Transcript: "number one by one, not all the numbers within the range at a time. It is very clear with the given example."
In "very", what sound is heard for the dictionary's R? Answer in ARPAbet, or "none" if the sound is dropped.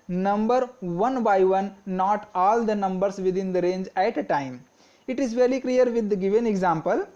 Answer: L